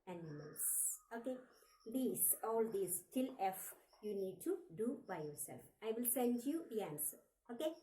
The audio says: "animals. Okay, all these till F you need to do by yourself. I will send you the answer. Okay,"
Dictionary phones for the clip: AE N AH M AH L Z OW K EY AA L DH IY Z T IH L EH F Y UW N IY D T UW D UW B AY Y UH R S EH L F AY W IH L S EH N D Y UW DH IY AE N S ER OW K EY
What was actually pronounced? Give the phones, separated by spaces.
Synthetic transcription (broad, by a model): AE N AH M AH L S OW K EY AA L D IY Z T IH L EH F Y UW N IY D T UW D UW B AY Y UH R S EH L F AY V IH L S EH N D Y UW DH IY AE N S ER OW K EY